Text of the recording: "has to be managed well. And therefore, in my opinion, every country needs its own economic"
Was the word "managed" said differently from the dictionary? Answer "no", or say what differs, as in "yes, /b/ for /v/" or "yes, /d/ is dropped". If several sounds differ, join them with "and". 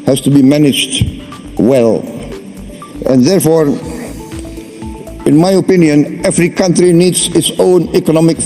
no